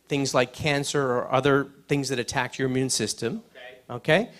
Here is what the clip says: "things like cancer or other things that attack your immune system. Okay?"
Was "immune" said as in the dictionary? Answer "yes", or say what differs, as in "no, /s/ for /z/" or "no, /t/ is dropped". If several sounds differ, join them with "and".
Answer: yes